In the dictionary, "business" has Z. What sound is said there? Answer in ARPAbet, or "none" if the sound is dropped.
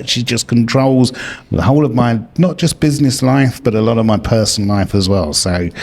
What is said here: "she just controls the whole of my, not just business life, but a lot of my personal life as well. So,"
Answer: Z